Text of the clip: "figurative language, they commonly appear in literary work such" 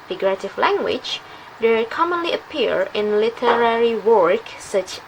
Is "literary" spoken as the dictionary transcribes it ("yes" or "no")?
yes